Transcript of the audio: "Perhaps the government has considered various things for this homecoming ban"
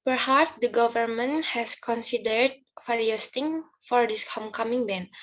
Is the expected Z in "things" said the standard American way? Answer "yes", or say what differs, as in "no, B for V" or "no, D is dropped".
no, Z is dropped